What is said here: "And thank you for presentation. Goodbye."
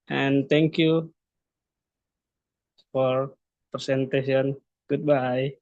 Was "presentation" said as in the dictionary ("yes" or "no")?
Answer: no